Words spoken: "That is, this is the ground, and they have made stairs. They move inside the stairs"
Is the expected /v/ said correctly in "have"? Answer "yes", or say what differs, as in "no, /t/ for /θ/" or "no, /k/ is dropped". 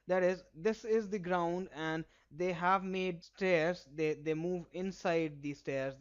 yes